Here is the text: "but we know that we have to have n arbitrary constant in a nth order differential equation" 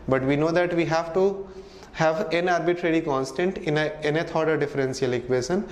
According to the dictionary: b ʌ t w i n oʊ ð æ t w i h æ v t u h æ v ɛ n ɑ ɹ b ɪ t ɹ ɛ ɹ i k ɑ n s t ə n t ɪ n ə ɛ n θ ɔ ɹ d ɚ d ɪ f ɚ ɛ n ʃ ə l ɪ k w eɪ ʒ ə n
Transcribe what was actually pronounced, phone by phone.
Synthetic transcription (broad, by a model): b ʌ t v i n oʊ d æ t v i h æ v t u h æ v ɛ n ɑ ɹ b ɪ t ɹ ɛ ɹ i k ɑ n s t ə n t ɪ n ə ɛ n t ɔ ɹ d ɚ d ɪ f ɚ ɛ n s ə l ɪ k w eɪ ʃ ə n